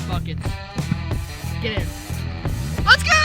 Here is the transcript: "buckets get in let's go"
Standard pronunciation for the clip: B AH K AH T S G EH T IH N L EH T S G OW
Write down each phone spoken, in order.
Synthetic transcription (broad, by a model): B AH K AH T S G EH T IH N W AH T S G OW